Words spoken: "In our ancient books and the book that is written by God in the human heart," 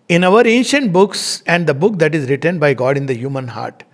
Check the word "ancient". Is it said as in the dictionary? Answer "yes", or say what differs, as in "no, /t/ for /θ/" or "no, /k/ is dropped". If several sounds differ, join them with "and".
yes